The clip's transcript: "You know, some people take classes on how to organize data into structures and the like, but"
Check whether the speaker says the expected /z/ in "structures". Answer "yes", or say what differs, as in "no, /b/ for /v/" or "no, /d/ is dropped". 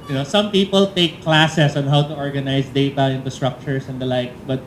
no, /s/ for /z/